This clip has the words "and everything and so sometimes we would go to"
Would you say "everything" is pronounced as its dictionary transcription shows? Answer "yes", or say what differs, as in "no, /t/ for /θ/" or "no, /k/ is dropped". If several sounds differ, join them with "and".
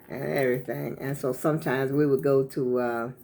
yes